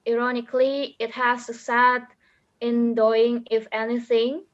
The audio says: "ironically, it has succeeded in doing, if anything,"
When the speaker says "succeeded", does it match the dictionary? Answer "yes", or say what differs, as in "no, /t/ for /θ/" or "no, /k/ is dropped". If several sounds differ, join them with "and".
no, /k/ is dropped